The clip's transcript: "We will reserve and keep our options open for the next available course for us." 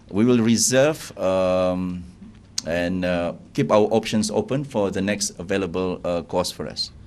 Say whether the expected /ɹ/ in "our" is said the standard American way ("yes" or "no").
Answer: no